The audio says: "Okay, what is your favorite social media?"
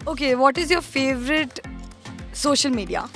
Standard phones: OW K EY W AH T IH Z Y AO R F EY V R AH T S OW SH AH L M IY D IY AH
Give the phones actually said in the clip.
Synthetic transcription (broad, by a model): OW K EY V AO T IH Z Y AO R F EY V R AH T S OW SH AH L M IY D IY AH